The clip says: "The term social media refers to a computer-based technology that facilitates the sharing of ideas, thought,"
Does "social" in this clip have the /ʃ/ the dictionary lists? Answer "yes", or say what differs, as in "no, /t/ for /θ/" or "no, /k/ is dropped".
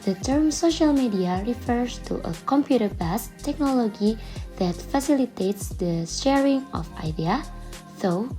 yes